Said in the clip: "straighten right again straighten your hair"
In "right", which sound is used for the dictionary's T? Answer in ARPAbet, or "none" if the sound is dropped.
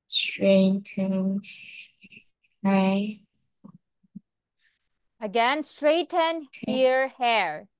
none